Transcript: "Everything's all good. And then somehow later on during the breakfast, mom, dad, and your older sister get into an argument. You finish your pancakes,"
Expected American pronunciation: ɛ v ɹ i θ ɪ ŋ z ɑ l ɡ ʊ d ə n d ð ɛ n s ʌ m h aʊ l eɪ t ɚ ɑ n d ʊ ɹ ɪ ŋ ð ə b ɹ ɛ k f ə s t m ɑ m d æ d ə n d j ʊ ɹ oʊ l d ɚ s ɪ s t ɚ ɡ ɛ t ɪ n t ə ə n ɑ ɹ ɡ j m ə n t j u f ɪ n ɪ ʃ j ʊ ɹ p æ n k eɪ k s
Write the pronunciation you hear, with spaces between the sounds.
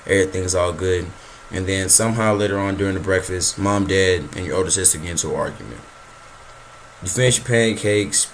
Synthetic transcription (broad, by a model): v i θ ɪ ŋ z ɑ l ɡ ʊ d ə n ð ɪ n s ʌ m h aʊ l eɪ t ɚ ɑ n d ʊ ɹ ɪ ŋ ð ə b ɹ ɛ k f ə s t m ɑ m d æ d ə n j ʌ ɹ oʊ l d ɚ s ɪ s t ɚ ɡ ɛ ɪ n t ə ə ɑ ɹ ɡ j m ə n t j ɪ f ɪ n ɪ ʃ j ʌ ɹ p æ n k eɪ k s